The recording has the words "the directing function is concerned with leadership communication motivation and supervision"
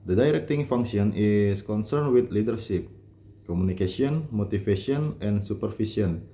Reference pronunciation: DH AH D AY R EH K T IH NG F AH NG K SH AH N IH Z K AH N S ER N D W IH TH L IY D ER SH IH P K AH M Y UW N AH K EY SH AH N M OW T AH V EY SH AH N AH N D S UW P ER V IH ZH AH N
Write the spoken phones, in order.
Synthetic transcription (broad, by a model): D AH D AY R EH K T IH NG F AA NG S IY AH N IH S K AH N S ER N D W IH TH L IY D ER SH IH P K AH M UW N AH K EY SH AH N M OW T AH F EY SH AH N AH N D S UW P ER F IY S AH N